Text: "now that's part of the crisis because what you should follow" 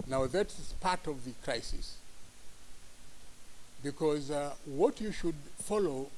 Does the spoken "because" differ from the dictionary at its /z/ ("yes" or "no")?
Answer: no